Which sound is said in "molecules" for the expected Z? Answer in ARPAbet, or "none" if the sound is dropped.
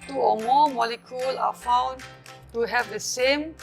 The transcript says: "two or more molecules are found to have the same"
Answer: none